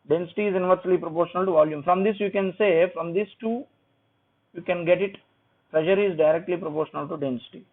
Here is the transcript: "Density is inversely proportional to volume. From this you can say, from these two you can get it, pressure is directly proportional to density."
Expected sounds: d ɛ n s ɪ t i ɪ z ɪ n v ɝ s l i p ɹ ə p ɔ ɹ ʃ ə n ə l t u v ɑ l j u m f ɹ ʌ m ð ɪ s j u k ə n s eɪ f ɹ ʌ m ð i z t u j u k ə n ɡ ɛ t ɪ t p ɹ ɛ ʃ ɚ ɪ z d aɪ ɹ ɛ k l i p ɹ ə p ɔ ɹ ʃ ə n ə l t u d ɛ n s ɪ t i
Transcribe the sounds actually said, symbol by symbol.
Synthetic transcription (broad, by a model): d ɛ n s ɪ t i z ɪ n v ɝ s l i p ɹ ə p ɔ ɹ ʃ ə n ə l t u v ɑ l j u m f ɹ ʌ m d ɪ s j u k ə n s eɪ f ɹ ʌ m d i s t u j u k ə n ɡ ɛ t ɪ t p ɹ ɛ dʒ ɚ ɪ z d aɪ ɹ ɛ k l i p ɹ ə p ɔ ɹ ʃ ə n ə l t u d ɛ n s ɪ t i